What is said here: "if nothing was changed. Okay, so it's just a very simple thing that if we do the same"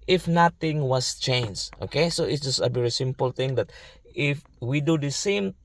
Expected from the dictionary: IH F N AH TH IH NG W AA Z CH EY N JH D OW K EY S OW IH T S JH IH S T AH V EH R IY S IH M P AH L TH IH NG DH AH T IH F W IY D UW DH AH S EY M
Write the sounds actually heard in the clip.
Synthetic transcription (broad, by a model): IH F N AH T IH NG W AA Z CH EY N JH OW K EY S OW IH T S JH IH S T AH V EH R IY S IH M P AH L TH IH NG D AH T IH F W IY D UW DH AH S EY M